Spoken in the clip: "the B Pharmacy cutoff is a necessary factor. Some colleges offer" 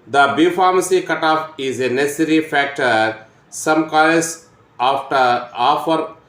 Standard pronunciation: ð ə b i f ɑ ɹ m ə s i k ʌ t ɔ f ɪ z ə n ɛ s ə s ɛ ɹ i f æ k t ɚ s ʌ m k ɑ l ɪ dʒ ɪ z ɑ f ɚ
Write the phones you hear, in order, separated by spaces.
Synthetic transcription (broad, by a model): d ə b i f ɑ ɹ m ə s i k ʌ t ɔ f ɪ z ə n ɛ s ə s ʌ ɹ i f æ k t ɚ s ʌ m k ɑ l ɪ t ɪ ɑ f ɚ